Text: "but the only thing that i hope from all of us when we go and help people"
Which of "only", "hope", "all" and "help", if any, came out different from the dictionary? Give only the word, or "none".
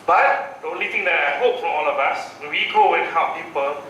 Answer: help